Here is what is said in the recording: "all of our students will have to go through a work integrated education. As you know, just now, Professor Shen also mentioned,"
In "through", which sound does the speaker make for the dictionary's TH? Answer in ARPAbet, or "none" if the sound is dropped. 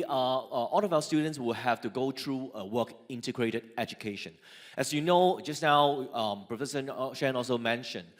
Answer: T